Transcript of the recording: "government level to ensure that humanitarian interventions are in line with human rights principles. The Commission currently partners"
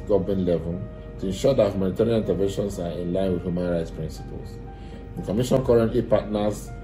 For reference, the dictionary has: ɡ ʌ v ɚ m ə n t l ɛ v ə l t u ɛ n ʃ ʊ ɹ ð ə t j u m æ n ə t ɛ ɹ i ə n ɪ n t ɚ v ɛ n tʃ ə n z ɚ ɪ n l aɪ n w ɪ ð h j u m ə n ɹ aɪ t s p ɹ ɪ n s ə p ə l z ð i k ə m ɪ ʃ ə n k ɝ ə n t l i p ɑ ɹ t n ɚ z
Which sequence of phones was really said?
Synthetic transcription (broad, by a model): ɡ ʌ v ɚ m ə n l ɛ v ə l t u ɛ n ʃ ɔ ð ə t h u m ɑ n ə t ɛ ɹ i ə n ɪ n t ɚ v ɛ n ʃ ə n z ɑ ɪ n l aɪ n w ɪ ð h j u m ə n ɹ aɪ t s p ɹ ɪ n s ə p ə l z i k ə m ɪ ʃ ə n k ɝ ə n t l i p ɑ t n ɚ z